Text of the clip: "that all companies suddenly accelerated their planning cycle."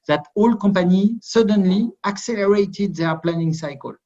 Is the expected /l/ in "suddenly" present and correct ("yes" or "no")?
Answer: yes